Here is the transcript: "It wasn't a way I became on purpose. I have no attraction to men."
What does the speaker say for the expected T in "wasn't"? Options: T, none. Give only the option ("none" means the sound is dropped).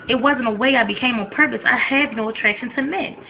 T